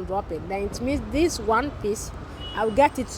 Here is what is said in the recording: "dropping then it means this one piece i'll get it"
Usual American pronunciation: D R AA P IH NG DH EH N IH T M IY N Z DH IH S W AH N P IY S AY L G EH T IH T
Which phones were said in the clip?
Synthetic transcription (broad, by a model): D R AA P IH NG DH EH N IH T M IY N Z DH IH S W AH N P IY S AY W G EH T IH T